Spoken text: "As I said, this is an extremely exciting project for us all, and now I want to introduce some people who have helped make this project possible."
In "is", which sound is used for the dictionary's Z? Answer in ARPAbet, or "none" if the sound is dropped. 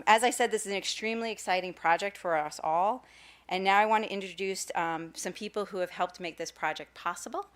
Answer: Z